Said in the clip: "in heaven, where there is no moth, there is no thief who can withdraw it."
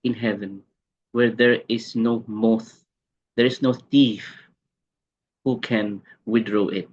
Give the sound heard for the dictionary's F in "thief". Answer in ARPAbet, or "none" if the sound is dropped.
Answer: F